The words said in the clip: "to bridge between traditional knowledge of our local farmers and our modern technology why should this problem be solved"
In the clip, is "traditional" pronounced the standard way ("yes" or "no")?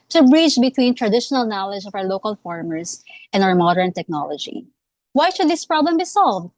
yes